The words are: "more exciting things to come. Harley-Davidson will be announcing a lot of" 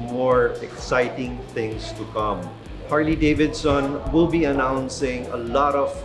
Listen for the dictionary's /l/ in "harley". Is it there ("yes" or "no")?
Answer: yes